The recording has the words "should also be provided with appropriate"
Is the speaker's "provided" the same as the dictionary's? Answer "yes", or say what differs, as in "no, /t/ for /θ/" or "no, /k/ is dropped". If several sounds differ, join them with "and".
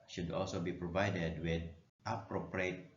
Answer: yes